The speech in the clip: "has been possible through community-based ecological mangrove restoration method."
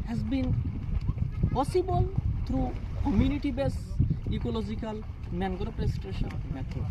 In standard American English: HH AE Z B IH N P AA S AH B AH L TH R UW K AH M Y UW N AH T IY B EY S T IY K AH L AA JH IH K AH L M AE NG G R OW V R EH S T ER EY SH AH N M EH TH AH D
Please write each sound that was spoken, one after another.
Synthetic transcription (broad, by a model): HH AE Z B IH N P AA S AH B AH L T R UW K AH M Y UW N AH T IY B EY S IY K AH L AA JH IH K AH L M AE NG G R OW P R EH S T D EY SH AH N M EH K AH